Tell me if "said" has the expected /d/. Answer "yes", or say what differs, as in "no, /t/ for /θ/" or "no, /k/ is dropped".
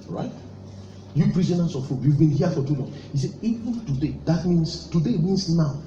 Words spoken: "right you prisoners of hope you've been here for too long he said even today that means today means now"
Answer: no, /d/ is dropped